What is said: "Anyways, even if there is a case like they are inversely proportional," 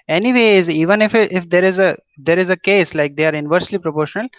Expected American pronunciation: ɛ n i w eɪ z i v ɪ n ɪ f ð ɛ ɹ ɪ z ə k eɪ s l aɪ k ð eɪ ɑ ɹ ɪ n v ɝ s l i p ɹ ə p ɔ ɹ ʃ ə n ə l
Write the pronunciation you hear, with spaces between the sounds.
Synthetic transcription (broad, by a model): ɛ n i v eɪ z i v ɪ n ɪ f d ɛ ɹ ɪ z ə k eɪ s l aɪ k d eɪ ɑ ɹ ɪ n v ɝ s l i p ɹ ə p ɔ ɹ ʃ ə n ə l